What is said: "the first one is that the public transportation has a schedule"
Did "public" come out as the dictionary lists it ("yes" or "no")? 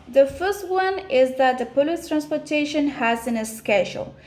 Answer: no